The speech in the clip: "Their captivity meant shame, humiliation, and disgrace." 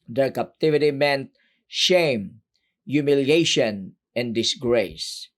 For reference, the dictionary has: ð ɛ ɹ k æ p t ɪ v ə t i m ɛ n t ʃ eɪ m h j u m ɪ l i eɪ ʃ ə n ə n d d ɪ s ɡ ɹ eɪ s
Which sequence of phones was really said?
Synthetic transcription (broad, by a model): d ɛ ɹ k æ p t ɪ v ə t i m ɛ n t ʃ eɪ m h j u m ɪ l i eɪ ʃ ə n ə n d d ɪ s ɡ ɹ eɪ s